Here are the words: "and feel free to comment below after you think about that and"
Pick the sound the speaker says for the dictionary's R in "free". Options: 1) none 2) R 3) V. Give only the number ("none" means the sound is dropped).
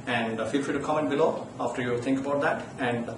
1